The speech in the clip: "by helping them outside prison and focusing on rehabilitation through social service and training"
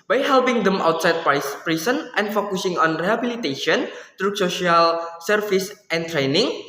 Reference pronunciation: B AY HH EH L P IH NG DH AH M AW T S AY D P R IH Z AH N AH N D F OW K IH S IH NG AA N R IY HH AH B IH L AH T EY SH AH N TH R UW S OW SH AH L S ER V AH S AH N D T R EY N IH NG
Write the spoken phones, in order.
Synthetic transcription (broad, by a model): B AY HH EH L P IH NG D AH M AW T S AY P P R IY S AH N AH N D F OW K IH S IH NG AA N R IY HH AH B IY L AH T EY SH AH N T R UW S OW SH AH L S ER F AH S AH N T R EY N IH NG